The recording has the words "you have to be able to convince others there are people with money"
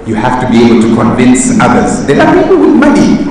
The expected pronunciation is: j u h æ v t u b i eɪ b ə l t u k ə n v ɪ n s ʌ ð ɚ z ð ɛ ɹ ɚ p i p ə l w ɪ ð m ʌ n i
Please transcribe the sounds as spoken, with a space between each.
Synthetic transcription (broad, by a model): j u h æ f t u b i eɪ b ə l t u k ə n v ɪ n s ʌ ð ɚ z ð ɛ l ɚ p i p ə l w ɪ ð m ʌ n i